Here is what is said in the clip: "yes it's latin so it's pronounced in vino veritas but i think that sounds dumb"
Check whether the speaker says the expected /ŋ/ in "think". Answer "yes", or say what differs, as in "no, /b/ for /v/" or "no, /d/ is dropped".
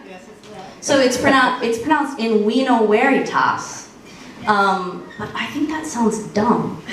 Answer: yes